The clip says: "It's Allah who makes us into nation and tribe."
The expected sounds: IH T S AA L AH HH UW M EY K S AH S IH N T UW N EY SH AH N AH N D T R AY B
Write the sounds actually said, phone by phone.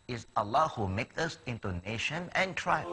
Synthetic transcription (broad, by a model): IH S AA L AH HH UW M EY K AH S IH N T UW N EY SH AH N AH N T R AY